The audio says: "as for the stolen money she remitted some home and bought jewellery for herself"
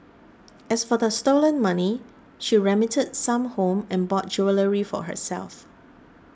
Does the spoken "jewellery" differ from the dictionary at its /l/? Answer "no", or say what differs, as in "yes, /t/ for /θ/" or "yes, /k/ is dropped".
no